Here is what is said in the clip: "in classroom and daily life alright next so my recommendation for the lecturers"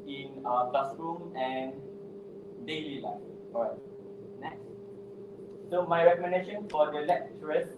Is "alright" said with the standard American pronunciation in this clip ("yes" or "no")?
no